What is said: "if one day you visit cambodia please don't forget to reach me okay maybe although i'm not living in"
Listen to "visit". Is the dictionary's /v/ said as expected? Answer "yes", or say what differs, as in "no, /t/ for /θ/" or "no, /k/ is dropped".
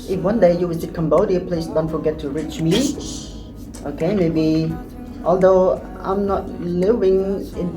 no, /w/ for /v/